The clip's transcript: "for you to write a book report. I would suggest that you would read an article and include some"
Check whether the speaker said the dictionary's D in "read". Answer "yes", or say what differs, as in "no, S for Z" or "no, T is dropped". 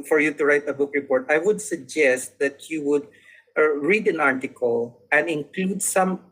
yes